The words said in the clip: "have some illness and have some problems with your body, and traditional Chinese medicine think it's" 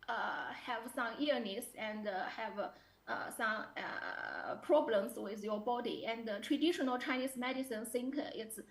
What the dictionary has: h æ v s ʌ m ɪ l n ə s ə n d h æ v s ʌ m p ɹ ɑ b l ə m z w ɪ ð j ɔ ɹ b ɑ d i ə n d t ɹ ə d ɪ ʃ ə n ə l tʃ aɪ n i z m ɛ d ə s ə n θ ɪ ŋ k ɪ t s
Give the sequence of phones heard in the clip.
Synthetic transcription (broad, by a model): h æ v s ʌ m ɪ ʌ n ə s ə n d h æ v s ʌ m p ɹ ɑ b l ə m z w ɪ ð j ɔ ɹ b ɑ d i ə n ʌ t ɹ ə d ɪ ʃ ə n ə l tʃ aɪ n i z m ɛ d ə s ə n s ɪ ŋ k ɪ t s